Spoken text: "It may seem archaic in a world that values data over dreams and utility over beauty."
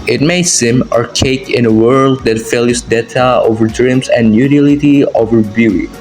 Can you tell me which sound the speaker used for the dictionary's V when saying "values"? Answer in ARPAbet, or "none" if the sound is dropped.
F